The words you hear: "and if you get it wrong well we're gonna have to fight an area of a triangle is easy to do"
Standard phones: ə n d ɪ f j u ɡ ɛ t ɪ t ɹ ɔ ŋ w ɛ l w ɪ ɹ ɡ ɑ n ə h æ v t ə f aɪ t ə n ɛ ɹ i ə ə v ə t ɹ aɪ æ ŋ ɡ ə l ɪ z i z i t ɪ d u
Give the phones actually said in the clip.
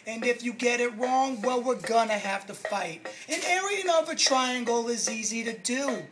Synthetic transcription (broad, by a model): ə n ɪ f j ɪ ɡ ɛ t ɪ t ɹ ɔ ŋ w ɛ l w ɪ ɹ ɡ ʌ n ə h æ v t ə f aɪ t ə n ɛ ɹ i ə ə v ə t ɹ aɪ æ ŋ ɡ l ɪ z i z i t ɪ d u